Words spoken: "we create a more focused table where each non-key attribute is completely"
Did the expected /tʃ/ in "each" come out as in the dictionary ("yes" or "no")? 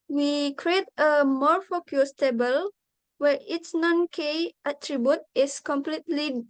no